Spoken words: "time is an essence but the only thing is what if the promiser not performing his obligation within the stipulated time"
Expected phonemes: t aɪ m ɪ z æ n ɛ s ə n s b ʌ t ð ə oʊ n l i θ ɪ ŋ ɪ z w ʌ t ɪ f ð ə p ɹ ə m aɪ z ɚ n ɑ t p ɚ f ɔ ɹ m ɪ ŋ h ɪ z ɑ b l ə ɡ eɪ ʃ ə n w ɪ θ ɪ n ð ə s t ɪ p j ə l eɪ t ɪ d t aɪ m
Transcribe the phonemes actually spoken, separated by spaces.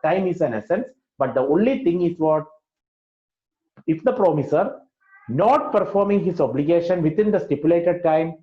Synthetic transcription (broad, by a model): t aɪ m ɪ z æ n ɛ s ə n s b ʌ t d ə oʊ n l i t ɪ ŋ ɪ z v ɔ t ɪ f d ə p ɹ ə m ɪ s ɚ n ɑ t p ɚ f ɔ ɹ m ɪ ŋ h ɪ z ɑ b l ə ɡ eɪ ʃ ə n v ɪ t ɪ n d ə s t ɪ p j ə l eɪ t ɪ d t aɪ m